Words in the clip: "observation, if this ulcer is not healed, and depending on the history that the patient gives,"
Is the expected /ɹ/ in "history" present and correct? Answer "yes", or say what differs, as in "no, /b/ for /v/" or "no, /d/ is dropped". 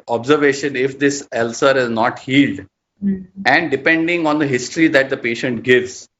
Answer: yes